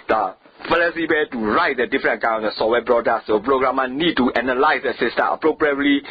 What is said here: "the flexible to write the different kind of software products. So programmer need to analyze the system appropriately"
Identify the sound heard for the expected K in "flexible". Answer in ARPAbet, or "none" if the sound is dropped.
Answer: none